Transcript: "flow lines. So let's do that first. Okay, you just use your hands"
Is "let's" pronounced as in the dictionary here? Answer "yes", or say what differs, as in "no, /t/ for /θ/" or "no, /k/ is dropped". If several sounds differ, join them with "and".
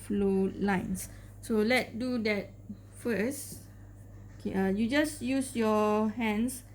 no, /s/ is dropped